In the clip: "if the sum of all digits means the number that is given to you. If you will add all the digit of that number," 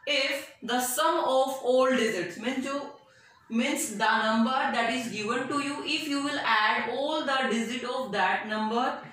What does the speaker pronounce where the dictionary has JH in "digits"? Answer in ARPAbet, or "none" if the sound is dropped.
Z